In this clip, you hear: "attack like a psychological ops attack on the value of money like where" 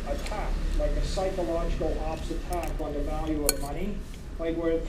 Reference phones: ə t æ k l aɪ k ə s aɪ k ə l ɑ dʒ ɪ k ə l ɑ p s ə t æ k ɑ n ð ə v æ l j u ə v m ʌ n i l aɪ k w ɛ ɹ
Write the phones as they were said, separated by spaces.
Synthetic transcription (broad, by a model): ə t æ k l aɪ k ə s aɪ k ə l ɑ dʒ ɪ k l ɑ p s ə t æ k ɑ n ð ə v æ l j u ə v m ʌ n i l aɪ k w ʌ ɹ